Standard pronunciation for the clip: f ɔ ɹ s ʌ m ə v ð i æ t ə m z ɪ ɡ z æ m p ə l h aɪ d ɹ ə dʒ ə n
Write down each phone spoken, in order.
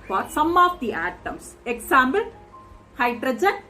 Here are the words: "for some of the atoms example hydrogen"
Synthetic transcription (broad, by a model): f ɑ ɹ s ʌ m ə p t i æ t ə m s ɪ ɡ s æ m b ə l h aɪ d ɹ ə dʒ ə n